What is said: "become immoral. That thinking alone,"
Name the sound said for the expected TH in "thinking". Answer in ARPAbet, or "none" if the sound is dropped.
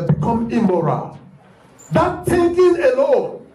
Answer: T